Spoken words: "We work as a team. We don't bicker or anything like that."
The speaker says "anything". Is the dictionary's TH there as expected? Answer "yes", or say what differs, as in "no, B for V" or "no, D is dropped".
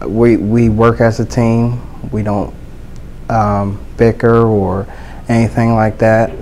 yes